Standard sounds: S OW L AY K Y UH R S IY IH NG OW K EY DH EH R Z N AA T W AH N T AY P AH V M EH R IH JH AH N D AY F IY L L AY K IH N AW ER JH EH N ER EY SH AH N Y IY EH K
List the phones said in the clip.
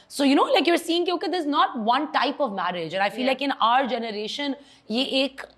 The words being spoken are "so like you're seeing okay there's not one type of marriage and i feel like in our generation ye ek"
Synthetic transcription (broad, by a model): S OW L AY K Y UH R S IY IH NG OW K EY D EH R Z N AA T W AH N T AY P AH V M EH R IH JH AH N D AY F IY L L AY K IH N AW ER JH EH N ER EY SH AH N Y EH EH K